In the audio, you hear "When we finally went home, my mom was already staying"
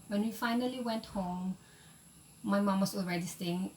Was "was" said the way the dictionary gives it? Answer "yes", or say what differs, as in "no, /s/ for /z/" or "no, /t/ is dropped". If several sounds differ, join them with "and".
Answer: no, /s/ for /z/